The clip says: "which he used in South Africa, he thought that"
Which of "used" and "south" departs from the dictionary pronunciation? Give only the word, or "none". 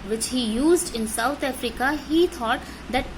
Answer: south